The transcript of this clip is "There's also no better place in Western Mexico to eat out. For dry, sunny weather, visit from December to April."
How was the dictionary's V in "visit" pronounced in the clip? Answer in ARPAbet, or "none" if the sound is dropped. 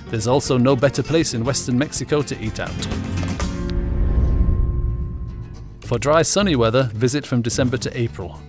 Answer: V